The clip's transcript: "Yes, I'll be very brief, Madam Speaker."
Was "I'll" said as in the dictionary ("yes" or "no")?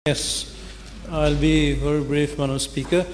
yes